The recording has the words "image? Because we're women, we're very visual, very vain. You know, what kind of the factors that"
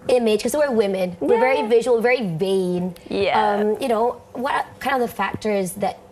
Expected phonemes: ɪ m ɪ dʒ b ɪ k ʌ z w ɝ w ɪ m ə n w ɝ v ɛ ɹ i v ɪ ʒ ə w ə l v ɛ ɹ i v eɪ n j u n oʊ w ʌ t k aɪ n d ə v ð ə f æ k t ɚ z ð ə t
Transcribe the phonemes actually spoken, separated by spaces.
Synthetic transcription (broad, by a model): ɪ m ɪ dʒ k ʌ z w ɝ w ɪ m ə n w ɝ v ɛ ɹ i v ɪ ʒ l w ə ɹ v ɛ ɹ i v eɪ n j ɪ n oʊ w ʌ t k aɪ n ə v ð ə f æ k t ɚ z ð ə t